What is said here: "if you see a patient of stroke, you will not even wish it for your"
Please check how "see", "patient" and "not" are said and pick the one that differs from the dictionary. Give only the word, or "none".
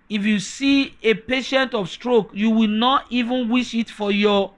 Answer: none